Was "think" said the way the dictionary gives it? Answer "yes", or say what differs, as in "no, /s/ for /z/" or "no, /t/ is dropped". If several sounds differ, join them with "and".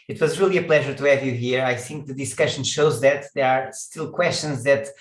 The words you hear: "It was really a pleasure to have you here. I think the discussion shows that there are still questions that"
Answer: yes